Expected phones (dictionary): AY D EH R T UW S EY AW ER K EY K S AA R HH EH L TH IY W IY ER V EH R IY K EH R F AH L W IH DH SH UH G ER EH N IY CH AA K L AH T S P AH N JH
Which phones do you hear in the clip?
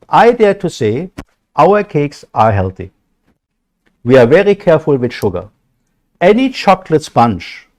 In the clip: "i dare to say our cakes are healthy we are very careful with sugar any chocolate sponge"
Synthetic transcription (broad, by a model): AY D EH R T UW S EY AW ER K EY K S AA R HH EH L TH IY W IY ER V EH R IY K EH R F AH L W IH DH SH UH G ER EH N IY CH AA K L AH T S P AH N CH